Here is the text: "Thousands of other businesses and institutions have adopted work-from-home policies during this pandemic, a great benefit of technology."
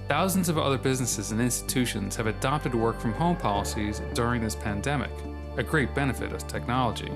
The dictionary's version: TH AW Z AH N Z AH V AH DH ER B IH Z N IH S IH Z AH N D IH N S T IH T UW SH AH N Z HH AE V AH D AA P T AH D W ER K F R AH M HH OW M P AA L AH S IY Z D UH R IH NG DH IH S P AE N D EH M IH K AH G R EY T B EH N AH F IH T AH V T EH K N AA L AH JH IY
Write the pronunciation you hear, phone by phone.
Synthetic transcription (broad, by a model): TH AW Z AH N Z AH V AH DH ER B IH Z N IH S IH Z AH N IH N S T IH T UW SH AH N Z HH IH V AH D AA P T AH D W ER K F R AH M HH OW M P AA L AH S IY Z D UH R IH NG DH IH S P AE N D EH M IH K AH G R EY T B EH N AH F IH T AH V T EH K N AA L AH JH IY